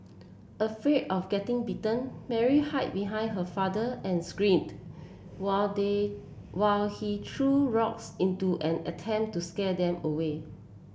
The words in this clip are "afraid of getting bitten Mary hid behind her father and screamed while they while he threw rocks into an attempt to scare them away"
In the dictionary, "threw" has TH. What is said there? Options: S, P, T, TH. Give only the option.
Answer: T